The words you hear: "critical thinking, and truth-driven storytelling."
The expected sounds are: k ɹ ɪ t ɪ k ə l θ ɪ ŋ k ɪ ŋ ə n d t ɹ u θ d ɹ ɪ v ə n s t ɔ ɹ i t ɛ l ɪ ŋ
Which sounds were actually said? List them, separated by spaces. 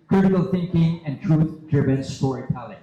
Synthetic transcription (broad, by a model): k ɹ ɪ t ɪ k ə l θ ɪ ŋ k ɪ ŋ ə n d t ɹ u θ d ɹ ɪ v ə n s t ɔ ɹ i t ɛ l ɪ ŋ